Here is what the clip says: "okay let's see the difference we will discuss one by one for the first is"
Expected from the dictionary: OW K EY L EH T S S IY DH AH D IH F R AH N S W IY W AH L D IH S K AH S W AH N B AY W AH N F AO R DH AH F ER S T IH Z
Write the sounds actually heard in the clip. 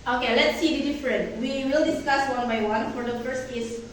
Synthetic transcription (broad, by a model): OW K EY L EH T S S IY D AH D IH F R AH N W IY W AH L D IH S K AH S W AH N B AY W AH N F AO R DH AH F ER S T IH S